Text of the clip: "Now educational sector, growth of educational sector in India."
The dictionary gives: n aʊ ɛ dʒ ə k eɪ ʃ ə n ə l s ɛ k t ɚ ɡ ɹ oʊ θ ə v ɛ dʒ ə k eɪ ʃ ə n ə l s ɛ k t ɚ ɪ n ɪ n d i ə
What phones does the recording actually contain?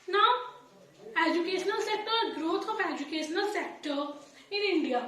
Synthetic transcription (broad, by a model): n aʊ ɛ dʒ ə k eɪ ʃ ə n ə l s ɛ k t ɚ ɡ ɹ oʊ t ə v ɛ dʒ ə k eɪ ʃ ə n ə l s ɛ k t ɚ ɪ n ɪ n d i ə